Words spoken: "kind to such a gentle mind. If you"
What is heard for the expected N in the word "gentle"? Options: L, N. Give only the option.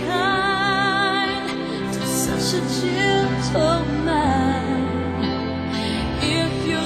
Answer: L